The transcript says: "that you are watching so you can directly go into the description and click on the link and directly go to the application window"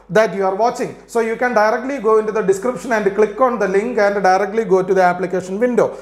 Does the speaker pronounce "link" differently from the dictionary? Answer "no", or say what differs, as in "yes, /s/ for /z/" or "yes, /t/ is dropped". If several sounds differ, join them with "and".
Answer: no